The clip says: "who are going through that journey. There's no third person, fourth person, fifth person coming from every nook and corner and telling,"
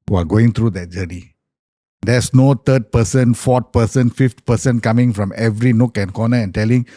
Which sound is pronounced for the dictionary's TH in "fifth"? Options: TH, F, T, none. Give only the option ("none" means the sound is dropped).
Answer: T